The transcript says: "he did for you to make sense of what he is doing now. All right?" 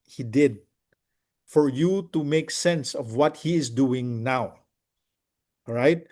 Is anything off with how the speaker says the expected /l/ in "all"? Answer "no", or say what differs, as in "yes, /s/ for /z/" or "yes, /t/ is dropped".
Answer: yes, /w/ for /l/